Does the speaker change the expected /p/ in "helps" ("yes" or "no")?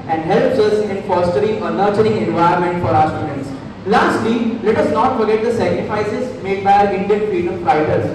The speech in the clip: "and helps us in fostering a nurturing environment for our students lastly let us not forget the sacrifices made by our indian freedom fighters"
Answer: no